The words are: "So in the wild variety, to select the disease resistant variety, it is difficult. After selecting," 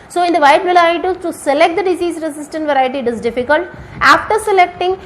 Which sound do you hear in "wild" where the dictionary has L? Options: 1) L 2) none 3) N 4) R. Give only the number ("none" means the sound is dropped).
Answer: 2